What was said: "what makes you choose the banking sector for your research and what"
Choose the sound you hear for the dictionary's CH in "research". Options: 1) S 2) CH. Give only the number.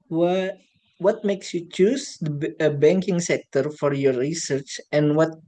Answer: 2